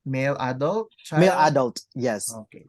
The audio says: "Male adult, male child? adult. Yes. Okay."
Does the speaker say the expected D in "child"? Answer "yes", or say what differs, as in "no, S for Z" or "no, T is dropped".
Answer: no, D is dropped